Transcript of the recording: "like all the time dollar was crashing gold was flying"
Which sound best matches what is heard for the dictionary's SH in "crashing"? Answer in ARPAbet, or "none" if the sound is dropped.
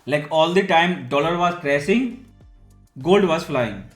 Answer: S